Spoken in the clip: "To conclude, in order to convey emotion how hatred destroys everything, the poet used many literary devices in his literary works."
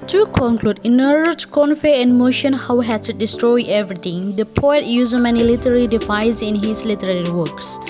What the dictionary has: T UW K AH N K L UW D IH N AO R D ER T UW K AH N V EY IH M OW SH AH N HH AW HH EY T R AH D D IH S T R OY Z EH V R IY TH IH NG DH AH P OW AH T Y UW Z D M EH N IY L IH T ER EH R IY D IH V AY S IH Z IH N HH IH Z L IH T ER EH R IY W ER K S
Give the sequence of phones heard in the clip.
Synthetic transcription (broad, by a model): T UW K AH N K L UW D IH N AO R D ER T UW K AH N F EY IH M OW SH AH N HH AW HH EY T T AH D D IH S T R OY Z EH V R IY T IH NG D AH P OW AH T Y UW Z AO M EH N IY L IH T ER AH L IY D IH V AY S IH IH N HH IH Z L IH T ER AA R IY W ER K S